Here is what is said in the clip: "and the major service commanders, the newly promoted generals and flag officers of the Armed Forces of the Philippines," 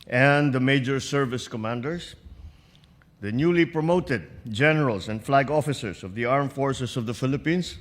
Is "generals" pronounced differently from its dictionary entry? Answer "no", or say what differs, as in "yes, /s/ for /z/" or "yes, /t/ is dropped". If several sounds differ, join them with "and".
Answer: yes, /s/ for /z/